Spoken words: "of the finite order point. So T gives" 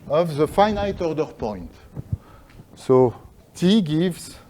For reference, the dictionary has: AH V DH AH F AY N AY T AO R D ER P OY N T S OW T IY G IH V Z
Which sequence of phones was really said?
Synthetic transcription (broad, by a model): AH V DH AH F AY N AY T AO R D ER P OY N T S OW T IY G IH V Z